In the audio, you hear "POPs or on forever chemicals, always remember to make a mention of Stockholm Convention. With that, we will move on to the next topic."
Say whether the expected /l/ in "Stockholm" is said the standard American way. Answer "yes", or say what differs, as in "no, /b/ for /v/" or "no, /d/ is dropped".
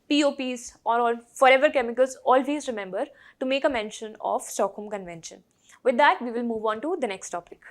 no, /l/ is dropped